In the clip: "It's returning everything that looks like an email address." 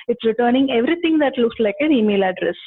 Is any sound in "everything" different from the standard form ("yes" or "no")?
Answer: yes